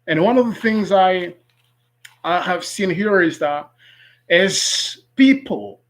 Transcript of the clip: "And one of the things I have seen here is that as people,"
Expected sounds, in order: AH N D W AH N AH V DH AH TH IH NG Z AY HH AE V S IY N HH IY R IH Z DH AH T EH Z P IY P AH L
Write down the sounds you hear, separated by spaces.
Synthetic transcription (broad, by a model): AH N W AH N AH V DH AH TH IH NG Z AY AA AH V S IY N HH IY R IH Z DH AH T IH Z P IY P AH L